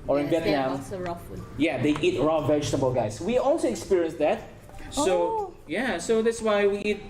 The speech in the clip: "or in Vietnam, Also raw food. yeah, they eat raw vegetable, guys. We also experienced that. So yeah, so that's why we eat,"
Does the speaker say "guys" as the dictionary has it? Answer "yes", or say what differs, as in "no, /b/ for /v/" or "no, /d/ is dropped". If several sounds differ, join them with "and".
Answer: no, /s/ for /z/